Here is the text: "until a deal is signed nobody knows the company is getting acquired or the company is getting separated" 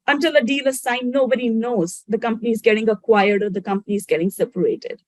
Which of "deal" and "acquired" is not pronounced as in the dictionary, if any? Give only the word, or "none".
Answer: none